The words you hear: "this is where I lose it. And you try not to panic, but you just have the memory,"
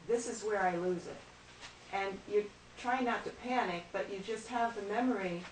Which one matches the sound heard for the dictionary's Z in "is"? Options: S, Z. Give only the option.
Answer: Z